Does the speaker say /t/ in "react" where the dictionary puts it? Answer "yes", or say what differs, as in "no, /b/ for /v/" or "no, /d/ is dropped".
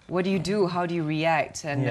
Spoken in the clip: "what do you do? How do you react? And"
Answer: yes